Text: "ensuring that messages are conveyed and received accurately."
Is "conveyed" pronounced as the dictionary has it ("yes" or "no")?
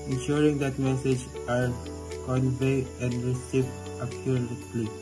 no